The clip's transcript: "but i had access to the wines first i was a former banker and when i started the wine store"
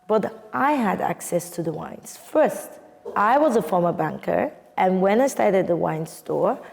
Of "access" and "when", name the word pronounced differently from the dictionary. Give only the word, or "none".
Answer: none